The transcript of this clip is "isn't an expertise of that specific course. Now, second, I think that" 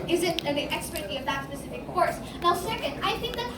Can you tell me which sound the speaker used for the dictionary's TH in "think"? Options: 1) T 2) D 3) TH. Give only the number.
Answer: 3